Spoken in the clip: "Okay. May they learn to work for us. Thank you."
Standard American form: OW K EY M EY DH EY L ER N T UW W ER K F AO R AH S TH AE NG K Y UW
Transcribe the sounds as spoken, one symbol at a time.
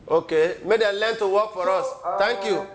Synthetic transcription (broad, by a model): OW K EY M EY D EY L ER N T UW W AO K F AO R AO S T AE NG K Y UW